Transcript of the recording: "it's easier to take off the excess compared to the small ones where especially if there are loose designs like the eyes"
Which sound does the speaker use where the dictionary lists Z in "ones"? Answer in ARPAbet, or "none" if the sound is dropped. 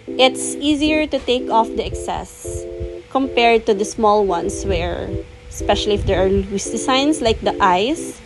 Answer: S